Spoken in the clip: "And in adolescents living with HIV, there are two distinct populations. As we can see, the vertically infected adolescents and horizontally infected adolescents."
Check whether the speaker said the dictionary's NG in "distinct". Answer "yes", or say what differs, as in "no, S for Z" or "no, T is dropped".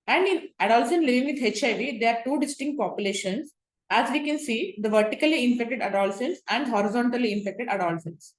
yes